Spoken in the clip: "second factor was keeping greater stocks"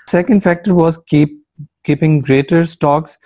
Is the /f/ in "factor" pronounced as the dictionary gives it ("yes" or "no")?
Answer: yes